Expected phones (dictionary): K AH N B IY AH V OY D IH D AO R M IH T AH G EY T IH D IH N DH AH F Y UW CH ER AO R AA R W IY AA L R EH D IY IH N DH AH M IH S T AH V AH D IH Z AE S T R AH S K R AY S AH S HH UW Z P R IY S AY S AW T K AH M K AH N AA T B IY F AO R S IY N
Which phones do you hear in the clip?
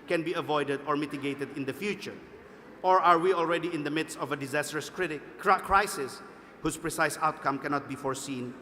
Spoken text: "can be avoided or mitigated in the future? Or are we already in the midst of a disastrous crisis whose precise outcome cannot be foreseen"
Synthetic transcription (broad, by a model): K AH N B IY AH V OY D IH D AO R M IH T AH G EY T IH D IH N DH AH F Y UW CH ER AO R AA R W IY AA L R EH D IY IH N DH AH M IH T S AH V AH D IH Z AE S T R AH S K R AY S AH S HH UW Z P R IY S AY S AW T K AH M K AH N AA T B IY F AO R S IY N